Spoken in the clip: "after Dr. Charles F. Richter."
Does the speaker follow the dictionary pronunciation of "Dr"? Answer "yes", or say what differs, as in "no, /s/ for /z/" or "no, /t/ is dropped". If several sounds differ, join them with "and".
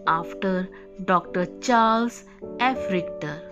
yes